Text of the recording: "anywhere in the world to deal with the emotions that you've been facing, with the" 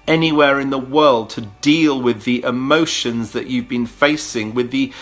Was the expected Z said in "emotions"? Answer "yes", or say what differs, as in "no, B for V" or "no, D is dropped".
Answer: yes